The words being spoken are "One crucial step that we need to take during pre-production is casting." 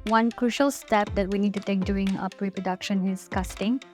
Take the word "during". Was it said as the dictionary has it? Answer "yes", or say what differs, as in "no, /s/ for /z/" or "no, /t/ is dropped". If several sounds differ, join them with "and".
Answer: no, /ɹ/ is dropped